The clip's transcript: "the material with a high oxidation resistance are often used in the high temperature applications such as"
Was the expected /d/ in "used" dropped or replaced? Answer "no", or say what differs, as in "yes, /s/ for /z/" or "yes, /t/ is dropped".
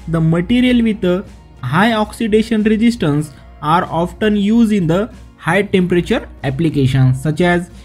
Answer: yes, /d/ is dropped